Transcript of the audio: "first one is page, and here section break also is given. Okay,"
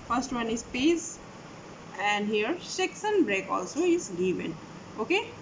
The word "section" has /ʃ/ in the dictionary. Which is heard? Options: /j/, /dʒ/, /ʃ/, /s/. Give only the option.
/s/